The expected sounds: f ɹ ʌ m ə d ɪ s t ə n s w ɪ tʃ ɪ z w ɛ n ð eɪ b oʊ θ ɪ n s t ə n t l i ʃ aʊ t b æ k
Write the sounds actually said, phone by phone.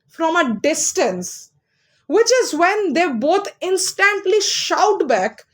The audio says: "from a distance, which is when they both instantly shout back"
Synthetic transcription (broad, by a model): f ɹ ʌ m ə d ɪ s t ə n s w ɪ tʃ ɪ z w ɛ n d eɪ b oʊ t ɪ n s t ə n t l i ʃ aʊ t b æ k